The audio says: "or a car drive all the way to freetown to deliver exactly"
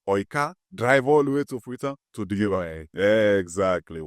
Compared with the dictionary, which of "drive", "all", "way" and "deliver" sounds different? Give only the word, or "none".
deliver